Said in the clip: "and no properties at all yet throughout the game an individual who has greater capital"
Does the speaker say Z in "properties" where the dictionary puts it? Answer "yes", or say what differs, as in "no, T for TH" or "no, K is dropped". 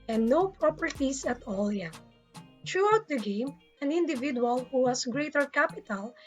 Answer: no, S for Z